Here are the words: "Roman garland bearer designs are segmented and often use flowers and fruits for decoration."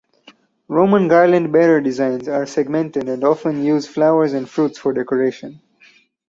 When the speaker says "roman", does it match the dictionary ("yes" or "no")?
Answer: yes